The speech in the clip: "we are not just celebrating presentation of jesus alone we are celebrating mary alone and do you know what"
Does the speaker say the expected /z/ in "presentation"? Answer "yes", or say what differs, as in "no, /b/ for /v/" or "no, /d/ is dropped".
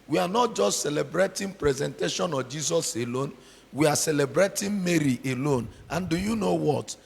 yes